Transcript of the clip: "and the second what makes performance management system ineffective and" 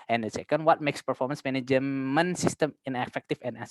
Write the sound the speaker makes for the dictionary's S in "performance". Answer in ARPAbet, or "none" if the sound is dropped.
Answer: S